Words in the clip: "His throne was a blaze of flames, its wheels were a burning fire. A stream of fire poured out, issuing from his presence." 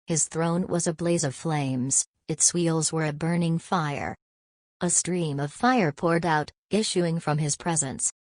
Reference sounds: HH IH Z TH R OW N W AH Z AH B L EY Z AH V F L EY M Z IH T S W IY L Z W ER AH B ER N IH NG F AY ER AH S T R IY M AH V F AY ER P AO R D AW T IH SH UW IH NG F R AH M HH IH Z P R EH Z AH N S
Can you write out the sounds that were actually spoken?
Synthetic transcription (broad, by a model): HH IH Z TH R OW N W AH Z AH B L EY Z AH V F L EY M Z IH T S W IY L Z W ER AH B ER N IH NG F AY ER AH S T R IY M AH V F AY ER P AO R D AW T IH SH UW IH NG F R AH M IH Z P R EH Z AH N S